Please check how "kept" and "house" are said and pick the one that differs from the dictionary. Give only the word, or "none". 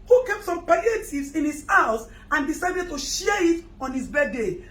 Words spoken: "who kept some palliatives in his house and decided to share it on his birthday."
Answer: none